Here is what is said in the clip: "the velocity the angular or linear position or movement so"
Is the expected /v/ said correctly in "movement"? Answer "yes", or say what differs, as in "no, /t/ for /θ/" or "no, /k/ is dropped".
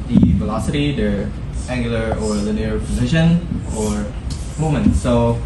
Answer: no, /v/ is dropped